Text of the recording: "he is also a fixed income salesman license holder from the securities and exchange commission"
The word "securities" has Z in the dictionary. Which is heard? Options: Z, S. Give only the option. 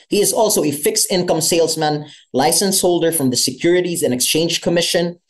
Z